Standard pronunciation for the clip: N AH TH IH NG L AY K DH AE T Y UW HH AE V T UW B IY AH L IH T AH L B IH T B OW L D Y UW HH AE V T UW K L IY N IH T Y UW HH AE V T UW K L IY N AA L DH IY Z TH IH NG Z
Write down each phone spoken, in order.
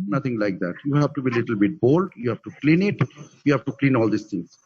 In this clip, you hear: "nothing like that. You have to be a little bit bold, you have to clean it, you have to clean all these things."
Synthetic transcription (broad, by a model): N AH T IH NG L AY K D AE T Y UW HH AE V T UW B IY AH L IH T AH L B IH T B OW L D Y UW HH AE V T UW K L IY N IH T Y UW HH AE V T UW K L IY N AA L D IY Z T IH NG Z